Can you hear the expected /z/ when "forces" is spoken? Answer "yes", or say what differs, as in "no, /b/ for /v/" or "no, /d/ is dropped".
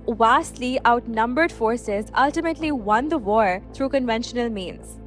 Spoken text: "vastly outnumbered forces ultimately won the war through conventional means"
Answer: yes